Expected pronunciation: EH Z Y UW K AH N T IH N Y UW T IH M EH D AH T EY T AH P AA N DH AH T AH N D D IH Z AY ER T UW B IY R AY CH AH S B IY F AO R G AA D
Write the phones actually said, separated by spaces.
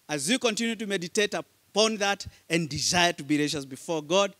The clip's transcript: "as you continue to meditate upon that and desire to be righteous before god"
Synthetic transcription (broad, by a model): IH Z Y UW K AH N T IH N Y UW T IH M EH D AH T EY T AH P AA N DH AH T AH N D D IH Z AY ER T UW B IY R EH SH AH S B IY F AO R G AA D